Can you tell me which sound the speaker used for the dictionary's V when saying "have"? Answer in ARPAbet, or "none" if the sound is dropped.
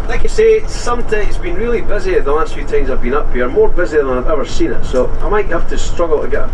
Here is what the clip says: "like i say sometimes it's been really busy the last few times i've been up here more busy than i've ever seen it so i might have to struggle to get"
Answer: F